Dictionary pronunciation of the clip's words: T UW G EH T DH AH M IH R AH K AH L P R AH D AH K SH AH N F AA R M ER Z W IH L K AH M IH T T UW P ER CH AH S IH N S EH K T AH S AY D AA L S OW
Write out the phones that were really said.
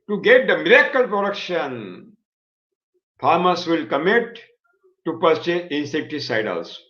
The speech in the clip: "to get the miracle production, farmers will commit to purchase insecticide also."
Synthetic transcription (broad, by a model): T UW G EH T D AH M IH R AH K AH L P R AH D AH K SH AH N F AA R M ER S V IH L K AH M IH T T UW P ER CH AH IH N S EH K T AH S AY D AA L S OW